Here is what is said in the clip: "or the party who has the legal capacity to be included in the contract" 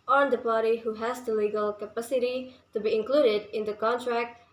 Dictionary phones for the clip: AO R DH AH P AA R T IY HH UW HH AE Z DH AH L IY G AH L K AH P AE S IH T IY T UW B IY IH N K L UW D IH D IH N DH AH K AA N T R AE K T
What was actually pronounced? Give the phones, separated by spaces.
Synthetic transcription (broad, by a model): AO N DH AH P AA R T IY HH UW HH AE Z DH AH L IY G AH L K AH P AE S IH T IY T UW B IY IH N K L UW D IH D IH N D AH K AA N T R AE K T